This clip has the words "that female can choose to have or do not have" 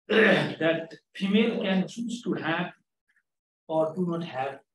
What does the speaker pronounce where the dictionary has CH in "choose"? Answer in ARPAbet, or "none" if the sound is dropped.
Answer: S